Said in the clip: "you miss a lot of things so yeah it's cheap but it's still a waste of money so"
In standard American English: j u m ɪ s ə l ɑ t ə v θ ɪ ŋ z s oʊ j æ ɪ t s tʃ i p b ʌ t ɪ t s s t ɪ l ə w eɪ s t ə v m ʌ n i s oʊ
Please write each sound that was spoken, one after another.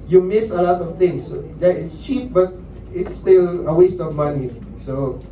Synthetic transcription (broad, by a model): j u m ɪ s ə l ɑ t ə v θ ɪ ŋ s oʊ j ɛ ɪ t s tʃ i p b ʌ t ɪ t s s t ɪ l ə w eɪ s t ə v m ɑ n i s oʊ